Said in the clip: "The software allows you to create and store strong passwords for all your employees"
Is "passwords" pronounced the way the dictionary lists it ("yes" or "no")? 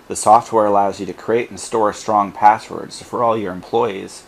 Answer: yes